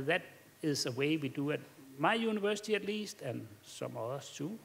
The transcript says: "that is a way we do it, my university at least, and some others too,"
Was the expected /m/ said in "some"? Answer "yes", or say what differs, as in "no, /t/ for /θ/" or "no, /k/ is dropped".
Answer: yes